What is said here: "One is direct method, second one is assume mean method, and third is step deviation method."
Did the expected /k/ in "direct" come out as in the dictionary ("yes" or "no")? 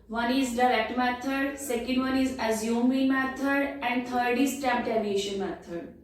yes